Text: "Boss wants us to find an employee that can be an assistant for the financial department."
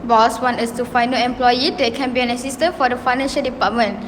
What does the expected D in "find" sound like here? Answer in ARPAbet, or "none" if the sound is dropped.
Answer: none